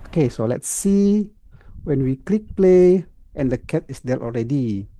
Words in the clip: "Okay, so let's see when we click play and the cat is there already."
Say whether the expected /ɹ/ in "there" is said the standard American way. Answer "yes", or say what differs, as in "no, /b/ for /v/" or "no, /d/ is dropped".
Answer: no, /l/ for /ɹ/